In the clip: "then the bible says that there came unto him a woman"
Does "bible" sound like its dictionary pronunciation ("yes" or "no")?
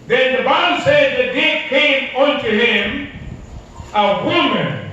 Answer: no